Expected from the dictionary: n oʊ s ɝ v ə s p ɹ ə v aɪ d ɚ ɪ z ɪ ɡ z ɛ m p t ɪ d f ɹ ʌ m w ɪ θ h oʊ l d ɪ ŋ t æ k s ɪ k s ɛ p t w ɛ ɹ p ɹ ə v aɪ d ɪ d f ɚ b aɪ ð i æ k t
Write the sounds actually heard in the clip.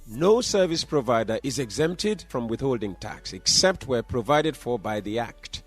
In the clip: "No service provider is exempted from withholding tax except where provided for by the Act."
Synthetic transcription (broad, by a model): n oʊ s ɝ v ə s p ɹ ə v aɪ d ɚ ɪ z ɪ ɡ z ɛ m p t ɪ d f ɹ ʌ m w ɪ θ h oʊ l d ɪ ŋ t æ k s ɪ k s ɛ p t w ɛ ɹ p ɹ ə v aɪ d ɪ d f ɚ b aɪ ð i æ k t